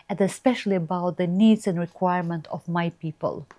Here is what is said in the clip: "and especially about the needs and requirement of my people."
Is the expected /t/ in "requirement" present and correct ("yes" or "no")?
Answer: yes